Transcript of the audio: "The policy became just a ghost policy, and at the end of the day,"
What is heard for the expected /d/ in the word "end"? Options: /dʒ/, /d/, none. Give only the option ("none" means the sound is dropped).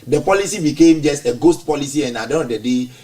none